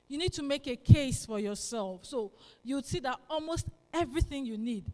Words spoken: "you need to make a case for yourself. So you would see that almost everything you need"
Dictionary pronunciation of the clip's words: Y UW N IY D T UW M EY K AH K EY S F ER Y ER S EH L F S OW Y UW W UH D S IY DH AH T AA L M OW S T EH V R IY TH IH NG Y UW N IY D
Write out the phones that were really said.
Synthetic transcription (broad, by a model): Y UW N IY D T UW M EY K AH K EY S F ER Y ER S EH L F S OW Y UW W S IY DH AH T AA L M OW S T EH V R IY TH IH NG Y UW N IY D